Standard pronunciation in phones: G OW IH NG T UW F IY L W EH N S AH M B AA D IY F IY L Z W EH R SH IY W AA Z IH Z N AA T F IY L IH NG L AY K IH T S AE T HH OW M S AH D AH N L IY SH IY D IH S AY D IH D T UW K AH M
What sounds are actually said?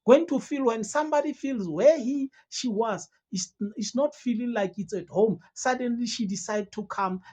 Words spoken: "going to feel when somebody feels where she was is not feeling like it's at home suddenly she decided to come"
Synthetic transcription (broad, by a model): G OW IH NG T UW F IY L W EH N S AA M B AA D IY F IY L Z W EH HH SH IY W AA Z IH S N AA T F IY L IH NG L AY K IH T S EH T HH OW M S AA D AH N L IY SH IY D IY S AY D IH D T UW K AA M